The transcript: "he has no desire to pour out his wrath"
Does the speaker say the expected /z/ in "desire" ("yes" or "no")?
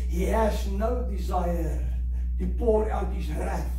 yes